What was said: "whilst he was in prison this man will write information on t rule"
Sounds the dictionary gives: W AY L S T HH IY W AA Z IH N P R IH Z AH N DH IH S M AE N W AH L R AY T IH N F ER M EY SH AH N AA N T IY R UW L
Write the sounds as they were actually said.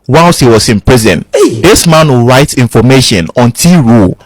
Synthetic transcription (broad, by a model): W AY L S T HH IY W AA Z IH N P R IH Z AH N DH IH S M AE N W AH R AY T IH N F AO M EY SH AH N AA N T IY R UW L